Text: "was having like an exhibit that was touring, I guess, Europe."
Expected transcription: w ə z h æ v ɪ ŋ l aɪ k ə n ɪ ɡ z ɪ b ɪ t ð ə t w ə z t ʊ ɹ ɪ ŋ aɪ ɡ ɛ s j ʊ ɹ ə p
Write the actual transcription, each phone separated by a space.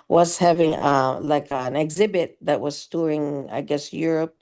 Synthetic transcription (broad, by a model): w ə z h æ v ɪ ŋ l aɪ k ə n ɪ ɡ z ɪ b ɪ t ð ə t w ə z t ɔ ɹ ɪ ŋ aɪ ɡ ɛ s j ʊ ɹ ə p